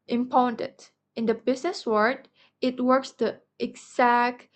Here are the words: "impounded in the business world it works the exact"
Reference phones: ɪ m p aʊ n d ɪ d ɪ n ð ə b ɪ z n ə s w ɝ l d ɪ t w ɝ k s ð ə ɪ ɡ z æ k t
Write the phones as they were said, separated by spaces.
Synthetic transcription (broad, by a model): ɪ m p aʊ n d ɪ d ɪ n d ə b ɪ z n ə s w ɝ d ɪ t w ɝ k s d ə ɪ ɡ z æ k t